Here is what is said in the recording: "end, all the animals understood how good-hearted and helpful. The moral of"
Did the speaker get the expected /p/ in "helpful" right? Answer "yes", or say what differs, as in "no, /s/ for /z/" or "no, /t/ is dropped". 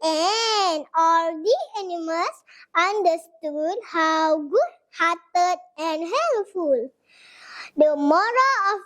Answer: no, /p/ is dropped